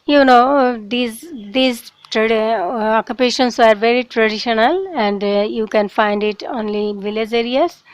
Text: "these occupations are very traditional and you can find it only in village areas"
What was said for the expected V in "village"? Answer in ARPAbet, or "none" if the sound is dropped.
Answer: V